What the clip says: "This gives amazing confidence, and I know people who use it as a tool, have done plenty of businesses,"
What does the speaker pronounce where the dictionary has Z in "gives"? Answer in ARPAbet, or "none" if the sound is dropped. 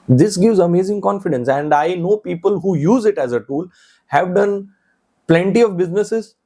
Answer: Z